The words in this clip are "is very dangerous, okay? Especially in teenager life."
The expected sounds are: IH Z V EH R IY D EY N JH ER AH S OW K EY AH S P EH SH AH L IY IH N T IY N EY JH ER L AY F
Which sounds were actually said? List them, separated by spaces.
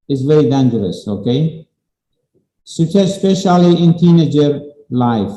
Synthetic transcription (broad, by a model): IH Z V EH R IY D EY N JH ER AH S OW K EY AH S P EH SH AH L IY IH N T IY N EY JH ER L AY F